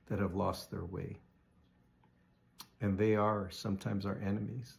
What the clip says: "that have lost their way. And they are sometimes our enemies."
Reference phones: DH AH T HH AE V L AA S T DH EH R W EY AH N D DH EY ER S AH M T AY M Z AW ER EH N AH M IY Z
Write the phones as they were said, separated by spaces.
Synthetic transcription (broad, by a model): DH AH T HH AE V L AA S T DH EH R W EY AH N DH EY ER S AH M T AY M Z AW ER EH N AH M IY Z